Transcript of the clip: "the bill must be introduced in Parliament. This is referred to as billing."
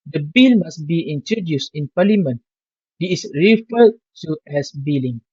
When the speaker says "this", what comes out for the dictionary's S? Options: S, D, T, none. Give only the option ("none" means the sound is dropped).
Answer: none